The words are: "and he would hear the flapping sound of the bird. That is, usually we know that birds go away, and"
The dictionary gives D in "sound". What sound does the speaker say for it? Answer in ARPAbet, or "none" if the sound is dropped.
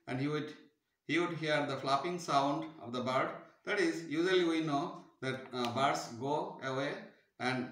D